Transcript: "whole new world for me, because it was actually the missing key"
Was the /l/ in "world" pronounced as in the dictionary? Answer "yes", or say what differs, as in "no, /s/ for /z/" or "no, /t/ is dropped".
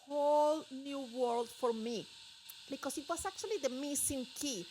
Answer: yes